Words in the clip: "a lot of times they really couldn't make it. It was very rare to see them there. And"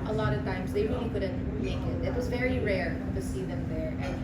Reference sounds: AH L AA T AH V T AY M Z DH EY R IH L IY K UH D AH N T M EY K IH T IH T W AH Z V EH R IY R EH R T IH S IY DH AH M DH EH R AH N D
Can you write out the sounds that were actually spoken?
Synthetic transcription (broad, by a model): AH L AA T AH V T AY M Z DH EY R IH L IY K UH D N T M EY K IH T IH T W AH Z V EH R IY R EH R T IH S IY DH AH M DH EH R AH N